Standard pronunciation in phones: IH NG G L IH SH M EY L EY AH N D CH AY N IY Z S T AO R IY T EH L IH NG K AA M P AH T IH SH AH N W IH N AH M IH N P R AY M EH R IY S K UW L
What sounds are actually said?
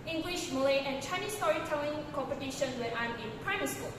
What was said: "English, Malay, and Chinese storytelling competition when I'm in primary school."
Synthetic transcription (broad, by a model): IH NG G L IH SH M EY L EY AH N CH AY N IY S T AO R IY T EH L IH NG K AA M P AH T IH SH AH N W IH AH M IH N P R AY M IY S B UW